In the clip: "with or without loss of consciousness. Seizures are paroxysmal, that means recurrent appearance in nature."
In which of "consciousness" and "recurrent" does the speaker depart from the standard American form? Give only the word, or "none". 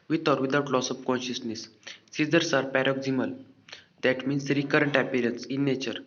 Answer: none